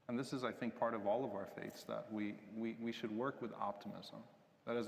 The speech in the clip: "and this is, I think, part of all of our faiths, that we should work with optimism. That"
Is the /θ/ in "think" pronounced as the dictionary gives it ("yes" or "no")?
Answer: yes